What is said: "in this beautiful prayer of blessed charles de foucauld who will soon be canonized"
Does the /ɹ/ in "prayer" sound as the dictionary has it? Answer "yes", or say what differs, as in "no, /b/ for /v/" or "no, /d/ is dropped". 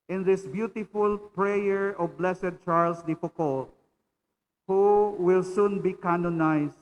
yes